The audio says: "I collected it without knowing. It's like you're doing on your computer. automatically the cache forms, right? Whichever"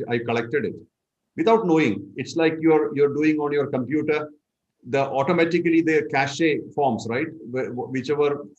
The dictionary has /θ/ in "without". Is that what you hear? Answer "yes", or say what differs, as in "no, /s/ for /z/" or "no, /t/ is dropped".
no, /t/ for /θ/